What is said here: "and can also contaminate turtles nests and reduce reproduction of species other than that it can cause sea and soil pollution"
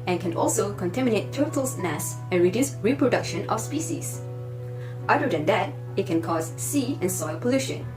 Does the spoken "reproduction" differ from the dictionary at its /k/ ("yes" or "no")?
no